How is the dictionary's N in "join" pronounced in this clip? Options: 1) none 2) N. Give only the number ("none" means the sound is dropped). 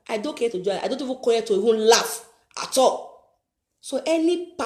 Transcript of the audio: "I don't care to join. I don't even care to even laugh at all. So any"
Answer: 1